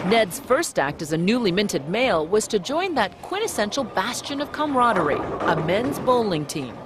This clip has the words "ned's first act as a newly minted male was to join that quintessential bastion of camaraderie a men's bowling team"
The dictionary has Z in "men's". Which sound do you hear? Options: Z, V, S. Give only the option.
Z